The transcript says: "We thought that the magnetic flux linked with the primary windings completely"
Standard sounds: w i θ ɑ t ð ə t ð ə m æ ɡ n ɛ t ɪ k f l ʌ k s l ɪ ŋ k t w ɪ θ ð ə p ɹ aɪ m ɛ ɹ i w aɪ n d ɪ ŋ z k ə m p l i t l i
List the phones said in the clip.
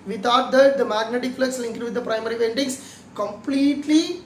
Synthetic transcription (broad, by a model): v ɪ t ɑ t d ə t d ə m æ ɡ n ɛ t ɪ k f l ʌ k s l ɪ ŋ k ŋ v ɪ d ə p ɹ aɪ m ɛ ɹ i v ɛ n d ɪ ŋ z k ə m p l i t l i